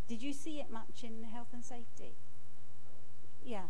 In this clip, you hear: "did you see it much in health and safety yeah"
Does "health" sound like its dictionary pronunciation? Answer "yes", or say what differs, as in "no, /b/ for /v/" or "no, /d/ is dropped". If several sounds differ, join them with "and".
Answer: yes